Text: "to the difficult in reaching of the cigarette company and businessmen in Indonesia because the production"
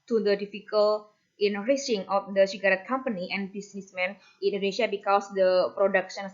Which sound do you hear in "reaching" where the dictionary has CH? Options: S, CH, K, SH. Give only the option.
S